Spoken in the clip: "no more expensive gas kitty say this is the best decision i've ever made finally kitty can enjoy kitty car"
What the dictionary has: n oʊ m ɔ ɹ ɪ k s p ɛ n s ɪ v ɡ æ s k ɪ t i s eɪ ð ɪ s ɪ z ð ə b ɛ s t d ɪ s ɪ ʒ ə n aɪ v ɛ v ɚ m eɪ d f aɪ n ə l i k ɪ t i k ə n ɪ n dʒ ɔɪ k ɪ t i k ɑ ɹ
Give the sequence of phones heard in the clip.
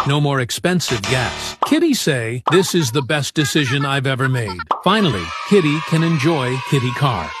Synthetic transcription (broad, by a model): n oʊ m ɔ ɹ ɪ k s p ɛ n s ɪ v ɡ æ s k ɪ t i s eɪ ð ɪ s ɪ z ð ə b ɛ s d ɪ s ɪ ʒ ə n aɪ v ɛ v ɚ m eɪ d f aɪ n l i k ɪ t i k ə n ɪ n dʒ ɔɪ k ɪ t i k ɑ ɹ